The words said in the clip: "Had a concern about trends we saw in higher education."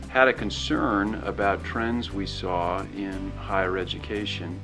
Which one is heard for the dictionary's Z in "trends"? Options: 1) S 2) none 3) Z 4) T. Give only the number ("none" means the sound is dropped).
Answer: 3